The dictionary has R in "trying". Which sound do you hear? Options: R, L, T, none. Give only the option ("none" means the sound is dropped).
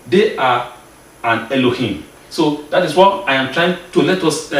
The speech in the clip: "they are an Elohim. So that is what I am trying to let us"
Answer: R